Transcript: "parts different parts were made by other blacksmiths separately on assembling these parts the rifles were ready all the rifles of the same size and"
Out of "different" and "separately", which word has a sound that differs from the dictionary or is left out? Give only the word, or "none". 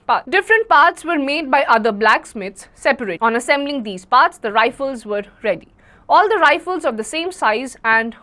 separately